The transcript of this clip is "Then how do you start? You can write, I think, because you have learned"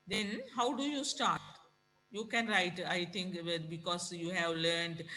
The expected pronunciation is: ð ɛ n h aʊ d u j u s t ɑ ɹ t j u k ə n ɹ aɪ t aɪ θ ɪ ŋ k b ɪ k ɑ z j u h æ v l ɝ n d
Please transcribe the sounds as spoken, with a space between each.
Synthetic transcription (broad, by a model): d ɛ n h aʊ d u j u s t ɑ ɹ t j u k ə n ɹ aɪ t aɪ t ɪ ŋ k b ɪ k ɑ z j u h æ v l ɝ n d